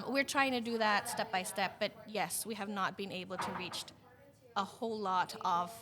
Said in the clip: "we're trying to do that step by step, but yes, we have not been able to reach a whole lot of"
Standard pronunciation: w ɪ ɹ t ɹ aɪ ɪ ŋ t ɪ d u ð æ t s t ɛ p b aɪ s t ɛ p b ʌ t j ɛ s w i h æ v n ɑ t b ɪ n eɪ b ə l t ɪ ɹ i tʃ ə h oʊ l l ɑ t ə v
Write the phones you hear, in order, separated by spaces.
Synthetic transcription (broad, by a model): w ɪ ɹ t ɹ aɪ ɪ ŋ t ɪ d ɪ ð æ t s t ɛ p b aɪ s t ɛ p b ʌ t j ɛ s w i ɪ v n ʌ t b ɪ n eɪ b l t ɪ ɹ i tʃ ə h oʊ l l ɑ t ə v